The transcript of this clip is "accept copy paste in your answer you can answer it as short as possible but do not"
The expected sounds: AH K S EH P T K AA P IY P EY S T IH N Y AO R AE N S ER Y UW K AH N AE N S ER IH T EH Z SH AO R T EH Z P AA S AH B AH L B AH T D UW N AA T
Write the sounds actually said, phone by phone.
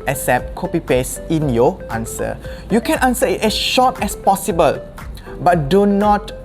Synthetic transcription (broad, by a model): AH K S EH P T K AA P IY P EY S IH N Y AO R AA N S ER Y UW K AH N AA N S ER IH T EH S SH AO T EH S P AA S AH B AH L B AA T D UW N AA T